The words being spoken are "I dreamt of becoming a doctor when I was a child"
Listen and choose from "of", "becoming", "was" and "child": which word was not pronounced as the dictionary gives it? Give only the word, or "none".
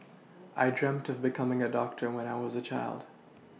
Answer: none